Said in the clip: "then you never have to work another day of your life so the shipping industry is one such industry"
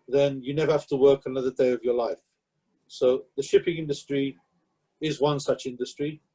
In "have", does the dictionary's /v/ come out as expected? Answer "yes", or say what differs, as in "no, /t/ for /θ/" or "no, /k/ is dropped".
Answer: no, /f/ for /v/